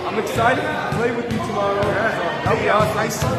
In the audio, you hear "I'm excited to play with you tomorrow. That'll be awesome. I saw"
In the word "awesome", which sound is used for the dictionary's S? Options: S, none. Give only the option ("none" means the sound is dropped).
none